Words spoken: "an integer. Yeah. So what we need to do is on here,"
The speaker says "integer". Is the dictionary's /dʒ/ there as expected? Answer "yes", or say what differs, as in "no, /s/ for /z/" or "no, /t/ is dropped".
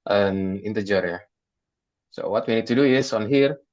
yes